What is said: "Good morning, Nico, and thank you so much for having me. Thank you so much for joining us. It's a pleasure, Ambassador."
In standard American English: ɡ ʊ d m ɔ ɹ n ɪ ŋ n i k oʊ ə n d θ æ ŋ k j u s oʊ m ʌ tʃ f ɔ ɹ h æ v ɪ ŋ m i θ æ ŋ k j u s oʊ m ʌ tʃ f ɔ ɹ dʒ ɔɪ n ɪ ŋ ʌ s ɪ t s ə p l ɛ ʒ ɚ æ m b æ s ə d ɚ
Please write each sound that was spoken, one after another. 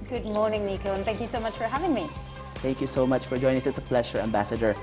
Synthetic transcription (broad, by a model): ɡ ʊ d m ɔ ɹ n ɪ ŋ n i k oʊ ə n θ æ ŋ k j u s oʊ m ʌ tʃ f ɔ ɹ h æ v ɪ ŋ m i θ æ ŋ k j u s oʊ m ʌ tʃ f ɔ ɹ dʒ ɔɪ n ɪ ŋ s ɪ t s ə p l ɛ ʃ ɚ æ m b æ s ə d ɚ